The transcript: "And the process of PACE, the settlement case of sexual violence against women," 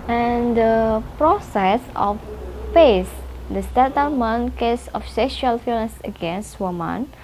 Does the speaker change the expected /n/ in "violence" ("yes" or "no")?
yes